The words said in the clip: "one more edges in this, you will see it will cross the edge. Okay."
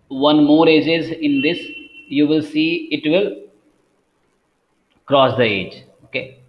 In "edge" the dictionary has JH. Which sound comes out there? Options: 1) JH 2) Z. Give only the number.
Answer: 1